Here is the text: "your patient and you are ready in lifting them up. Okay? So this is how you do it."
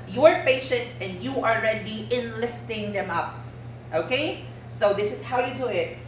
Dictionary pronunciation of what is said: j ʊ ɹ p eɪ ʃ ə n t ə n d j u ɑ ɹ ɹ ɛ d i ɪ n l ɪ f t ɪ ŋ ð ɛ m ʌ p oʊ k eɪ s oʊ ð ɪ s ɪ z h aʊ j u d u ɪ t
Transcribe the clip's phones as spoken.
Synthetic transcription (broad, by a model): j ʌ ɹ p eɪ ʃ ə n t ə n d j u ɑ l ɹ ɛ d i ɪ n l ɪ f t ɪ ŋ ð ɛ m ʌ p oʊ k eɪ s oʊ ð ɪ s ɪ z h aʊ j u d u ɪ t